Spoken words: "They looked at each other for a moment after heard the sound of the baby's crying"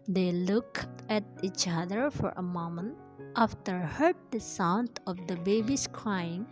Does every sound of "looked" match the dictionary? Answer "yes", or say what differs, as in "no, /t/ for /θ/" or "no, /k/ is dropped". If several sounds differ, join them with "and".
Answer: no, /t/ is dropped